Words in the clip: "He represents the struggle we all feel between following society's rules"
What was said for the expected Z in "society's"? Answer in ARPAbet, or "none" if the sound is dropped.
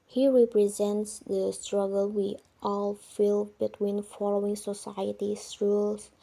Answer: S